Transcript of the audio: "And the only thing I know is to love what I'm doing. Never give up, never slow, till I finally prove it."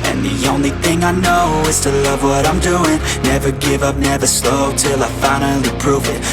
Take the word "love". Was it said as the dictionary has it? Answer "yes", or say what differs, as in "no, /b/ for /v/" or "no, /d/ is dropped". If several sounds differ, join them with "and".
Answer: yes